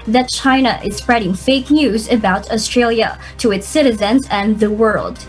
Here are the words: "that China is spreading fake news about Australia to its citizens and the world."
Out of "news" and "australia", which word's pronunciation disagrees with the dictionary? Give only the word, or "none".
none